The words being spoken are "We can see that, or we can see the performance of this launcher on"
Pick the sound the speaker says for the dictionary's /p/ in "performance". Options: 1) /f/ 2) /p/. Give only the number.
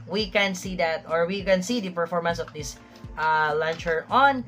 2